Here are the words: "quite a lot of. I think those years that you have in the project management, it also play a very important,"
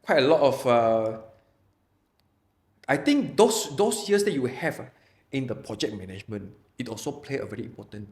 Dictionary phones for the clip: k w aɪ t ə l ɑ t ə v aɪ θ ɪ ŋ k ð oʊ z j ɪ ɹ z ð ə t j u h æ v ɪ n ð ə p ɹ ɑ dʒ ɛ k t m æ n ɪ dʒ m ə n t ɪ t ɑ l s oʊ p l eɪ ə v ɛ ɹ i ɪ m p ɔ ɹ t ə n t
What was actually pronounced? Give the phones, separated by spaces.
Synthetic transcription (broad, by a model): k w aɪ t ə l ɑ t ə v aɪ t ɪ ŋ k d oʊ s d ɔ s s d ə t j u h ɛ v ɪ n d ə p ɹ ɑ dʒ ɛ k m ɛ n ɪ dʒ m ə n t ɪ t ɑ l s oʊ p l eɪ ə v ɛ ɹ i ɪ m p ɔ t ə n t